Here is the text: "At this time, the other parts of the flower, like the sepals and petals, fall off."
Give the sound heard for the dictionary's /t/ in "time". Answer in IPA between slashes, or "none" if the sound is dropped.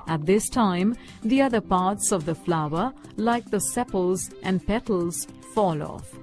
/t/